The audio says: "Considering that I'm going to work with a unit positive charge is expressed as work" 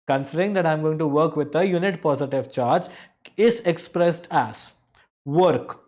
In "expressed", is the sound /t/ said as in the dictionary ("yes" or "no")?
yes